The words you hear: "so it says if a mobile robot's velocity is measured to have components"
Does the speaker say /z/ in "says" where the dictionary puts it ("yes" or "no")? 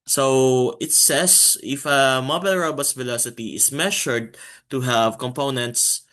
no